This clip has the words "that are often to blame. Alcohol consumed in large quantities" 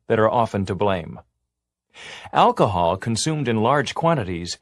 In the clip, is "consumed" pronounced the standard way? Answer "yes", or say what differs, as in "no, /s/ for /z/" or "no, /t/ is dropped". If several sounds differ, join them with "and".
yes